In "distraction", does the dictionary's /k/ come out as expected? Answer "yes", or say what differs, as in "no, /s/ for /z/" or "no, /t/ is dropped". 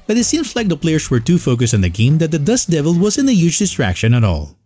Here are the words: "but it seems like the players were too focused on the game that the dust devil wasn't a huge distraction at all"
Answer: yes